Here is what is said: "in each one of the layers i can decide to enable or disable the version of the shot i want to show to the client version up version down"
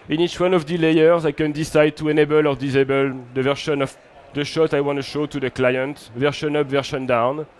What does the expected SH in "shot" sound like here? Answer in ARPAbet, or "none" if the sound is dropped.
SH